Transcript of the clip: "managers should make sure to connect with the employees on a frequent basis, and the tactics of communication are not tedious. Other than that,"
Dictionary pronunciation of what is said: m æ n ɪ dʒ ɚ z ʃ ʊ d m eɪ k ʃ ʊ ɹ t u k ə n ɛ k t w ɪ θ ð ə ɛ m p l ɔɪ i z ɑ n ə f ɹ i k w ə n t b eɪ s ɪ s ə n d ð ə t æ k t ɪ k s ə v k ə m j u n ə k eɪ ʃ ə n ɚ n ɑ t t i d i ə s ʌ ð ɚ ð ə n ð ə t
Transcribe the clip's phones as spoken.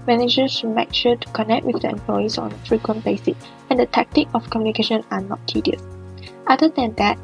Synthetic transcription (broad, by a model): m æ n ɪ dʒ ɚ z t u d m eɪ k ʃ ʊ t u k ə n ɛ k t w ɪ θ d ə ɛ m p l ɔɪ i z ɑ n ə f ɹ i k w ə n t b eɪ s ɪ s ə n d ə t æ k t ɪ k ə f k ə m j u n ə k eɪ ʃ ə n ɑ n ɑ t t i d i ə s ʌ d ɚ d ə n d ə t